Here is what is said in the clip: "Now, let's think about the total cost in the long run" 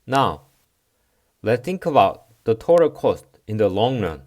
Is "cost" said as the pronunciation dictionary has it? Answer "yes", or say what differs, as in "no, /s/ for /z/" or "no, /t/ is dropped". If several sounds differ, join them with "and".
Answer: yes